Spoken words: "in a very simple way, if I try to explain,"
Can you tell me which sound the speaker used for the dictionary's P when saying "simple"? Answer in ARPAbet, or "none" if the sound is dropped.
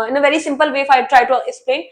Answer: P